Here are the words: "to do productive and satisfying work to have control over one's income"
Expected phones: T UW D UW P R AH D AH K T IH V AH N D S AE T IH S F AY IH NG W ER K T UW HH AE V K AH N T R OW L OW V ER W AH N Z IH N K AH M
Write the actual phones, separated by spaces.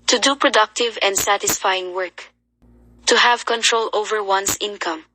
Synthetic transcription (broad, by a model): T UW D UW P R AH D AH K T IH V AH N D S AE T IH S F AY IH NG W ER K T UW HH AE V K AH N T R OW L OW V ER W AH N S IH N K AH M